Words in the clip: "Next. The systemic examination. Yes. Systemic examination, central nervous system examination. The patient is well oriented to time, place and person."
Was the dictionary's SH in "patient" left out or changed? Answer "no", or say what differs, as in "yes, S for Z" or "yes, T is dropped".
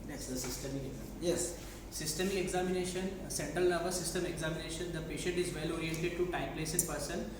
no